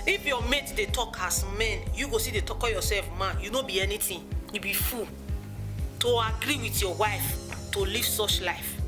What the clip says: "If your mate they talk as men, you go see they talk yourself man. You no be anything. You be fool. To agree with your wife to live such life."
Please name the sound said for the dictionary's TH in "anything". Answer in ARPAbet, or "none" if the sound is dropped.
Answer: T